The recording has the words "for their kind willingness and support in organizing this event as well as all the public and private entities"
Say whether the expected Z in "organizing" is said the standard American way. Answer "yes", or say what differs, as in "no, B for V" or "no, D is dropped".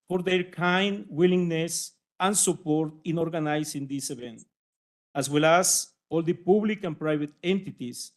no, S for Z